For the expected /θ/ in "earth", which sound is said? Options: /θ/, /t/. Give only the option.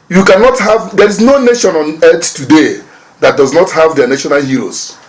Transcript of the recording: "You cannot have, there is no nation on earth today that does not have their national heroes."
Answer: /t/